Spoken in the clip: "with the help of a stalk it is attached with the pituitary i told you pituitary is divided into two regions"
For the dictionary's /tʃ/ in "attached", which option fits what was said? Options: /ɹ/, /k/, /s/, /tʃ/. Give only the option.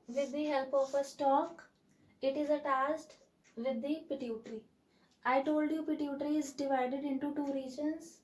/s/